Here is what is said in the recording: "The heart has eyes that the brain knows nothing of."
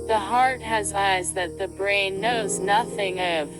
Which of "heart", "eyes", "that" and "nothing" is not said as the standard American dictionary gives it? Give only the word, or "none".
none